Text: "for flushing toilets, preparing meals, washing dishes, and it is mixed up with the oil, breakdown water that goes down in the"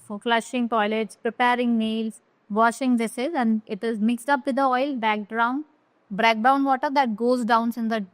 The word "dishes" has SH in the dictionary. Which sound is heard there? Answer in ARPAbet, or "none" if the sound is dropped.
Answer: S